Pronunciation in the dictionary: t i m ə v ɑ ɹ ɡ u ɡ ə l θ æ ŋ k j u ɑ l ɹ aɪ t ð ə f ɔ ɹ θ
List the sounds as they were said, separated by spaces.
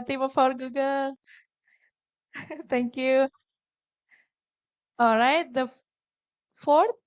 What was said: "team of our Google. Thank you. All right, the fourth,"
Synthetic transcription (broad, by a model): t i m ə f ɑ ɹ ɡ u ɡ ə l t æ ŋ k j u ɑ l ɹ aɪ t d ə f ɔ ɹ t